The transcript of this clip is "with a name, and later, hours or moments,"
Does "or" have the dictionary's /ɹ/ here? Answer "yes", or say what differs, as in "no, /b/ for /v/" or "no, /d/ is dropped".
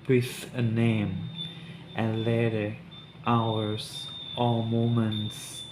no, /l/ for /ɹ/